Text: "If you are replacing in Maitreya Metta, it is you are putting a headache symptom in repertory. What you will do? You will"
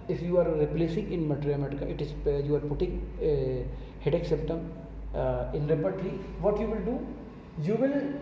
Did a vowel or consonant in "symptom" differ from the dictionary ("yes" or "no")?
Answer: yes